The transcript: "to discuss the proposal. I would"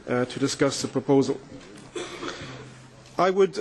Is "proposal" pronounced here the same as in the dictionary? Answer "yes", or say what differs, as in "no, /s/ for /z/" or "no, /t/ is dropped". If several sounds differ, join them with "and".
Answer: yes